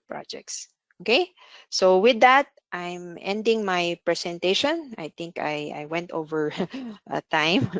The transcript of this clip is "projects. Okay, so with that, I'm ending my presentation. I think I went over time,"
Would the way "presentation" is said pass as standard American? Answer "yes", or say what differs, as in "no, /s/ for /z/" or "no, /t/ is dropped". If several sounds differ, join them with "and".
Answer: no, /s/ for /z/